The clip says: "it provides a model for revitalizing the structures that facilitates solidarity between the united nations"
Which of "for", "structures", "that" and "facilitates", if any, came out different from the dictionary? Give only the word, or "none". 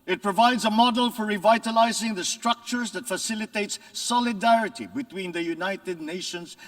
none